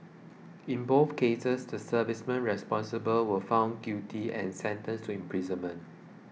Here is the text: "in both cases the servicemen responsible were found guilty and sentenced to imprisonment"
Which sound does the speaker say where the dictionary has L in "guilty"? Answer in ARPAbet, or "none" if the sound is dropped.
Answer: none